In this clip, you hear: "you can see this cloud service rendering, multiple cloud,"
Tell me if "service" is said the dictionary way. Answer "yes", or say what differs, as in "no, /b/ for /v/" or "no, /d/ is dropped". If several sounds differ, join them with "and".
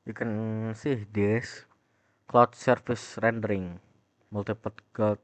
no, /f/ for /v/